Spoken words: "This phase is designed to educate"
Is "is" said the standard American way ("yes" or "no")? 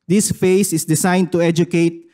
no